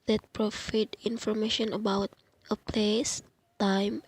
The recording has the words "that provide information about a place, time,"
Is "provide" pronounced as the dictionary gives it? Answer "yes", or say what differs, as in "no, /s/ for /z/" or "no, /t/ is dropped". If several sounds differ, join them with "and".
no, /f/ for /v/